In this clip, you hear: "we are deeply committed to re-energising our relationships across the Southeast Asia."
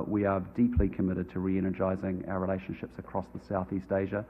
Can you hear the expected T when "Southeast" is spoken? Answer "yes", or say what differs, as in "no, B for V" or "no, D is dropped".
yes